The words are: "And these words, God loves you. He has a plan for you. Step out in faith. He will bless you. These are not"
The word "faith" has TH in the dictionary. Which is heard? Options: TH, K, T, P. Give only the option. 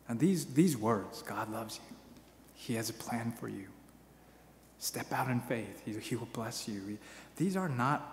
TH